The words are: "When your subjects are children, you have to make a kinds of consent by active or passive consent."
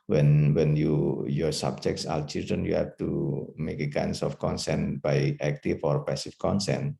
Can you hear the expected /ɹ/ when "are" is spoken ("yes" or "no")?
no